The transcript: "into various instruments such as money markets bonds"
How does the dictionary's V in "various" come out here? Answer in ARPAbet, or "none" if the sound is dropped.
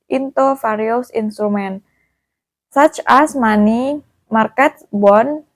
F